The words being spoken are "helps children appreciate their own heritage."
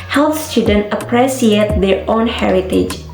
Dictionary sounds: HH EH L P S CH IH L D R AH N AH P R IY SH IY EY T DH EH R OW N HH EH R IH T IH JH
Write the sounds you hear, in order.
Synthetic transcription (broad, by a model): HH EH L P S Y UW D AH N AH P R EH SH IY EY T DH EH R OW N HH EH R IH T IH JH